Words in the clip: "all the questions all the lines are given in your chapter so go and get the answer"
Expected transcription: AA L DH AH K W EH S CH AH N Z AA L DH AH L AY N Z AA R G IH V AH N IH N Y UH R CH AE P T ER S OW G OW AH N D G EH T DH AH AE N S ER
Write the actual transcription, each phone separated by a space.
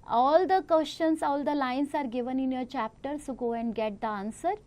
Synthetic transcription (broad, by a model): AA L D AH K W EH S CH AH N S AA L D AH L AY N S AA R G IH V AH N IH N Y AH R CH AE P T ER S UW G OW AH N D G EH T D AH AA N S ER